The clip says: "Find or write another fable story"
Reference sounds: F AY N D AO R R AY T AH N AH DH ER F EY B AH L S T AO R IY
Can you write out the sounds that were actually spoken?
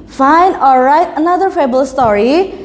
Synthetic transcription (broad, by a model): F AY N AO L R AY T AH N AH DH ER F EY B AH L S T AO R IY